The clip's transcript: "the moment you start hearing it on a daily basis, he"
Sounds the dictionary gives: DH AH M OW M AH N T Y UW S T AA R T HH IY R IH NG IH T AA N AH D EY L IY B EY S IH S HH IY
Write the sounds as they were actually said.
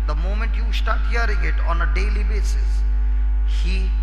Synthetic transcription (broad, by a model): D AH M OW M AH N T Y UW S T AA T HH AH R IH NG IH T AA N AH D EY L IY B EY S IH S HH IY